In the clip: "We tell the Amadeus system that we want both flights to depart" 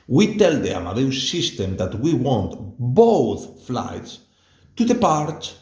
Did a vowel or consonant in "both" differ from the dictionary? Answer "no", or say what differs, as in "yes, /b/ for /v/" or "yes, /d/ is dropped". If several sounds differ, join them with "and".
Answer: no